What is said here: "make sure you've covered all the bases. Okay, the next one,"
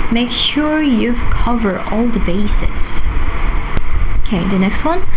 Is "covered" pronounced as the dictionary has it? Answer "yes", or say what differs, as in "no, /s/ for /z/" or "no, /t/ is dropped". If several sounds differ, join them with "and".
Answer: no, /d/ is dropped